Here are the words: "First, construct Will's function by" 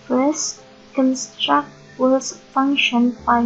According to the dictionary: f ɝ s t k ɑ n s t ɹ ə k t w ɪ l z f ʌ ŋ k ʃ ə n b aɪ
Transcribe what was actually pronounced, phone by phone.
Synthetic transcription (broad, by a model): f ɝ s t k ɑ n s t ɹ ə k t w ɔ z f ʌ ŋ k ʃ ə n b aɪ